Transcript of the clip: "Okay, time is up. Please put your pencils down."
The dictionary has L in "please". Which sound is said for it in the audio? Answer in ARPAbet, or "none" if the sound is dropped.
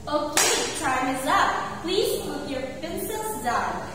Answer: L